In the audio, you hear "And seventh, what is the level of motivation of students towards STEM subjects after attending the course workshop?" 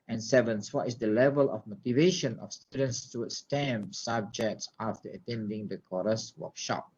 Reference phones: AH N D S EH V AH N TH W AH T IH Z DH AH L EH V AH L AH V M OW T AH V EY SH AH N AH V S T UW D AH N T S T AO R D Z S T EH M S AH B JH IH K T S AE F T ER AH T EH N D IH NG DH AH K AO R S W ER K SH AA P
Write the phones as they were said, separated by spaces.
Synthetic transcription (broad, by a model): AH N S EH V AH N S W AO T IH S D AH L EH V AH L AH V M OW T AH V EY SH AH N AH F S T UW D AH N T S T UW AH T S T EH M S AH B JH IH K T S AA F T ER AH T EH N D IH NG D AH K AO R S W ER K SH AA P